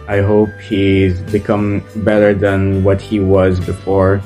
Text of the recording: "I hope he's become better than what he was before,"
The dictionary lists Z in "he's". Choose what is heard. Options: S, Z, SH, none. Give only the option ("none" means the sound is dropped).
Z